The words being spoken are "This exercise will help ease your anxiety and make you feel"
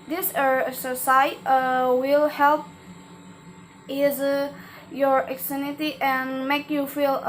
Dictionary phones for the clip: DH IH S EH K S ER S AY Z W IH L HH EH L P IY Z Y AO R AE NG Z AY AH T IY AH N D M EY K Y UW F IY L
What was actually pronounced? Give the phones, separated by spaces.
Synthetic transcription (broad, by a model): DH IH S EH S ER S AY W IH L HH EH L P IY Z Y AO R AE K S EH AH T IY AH N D M EY K Y UW F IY L